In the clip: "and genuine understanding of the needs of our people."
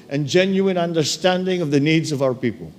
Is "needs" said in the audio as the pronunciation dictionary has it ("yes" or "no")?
yes